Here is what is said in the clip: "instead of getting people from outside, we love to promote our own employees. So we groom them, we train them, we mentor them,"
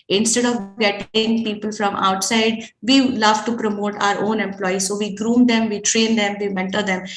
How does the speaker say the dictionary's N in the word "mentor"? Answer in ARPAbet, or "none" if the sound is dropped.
N